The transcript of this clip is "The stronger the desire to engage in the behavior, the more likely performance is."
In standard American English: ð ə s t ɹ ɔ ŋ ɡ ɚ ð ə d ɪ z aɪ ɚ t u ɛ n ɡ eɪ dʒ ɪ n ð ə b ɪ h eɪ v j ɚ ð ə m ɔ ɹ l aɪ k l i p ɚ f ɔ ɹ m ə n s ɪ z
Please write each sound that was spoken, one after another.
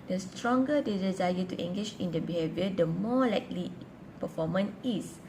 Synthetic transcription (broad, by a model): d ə s t ɹ ɔ ŋ ɡ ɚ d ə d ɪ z aɪ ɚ t u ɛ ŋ ɡ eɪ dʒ ɪ n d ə b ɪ h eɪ v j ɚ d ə m ɔ l aɪ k l i p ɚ f ɔ m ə n ɪ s